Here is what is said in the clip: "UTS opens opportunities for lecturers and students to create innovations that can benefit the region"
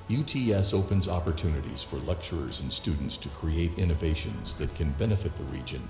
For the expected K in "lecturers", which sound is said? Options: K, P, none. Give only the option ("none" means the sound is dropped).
K